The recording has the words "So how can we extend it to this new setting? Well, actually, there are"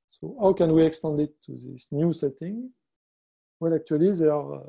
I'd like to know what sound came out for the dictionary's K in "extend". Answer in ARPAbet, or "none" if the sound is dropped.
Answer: K